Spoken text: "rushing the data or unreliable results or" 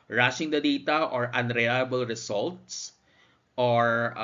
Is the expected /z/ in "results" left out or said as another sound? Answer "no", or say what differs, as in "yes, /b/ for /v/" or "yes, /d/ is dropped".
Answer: yes, /s/ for /z/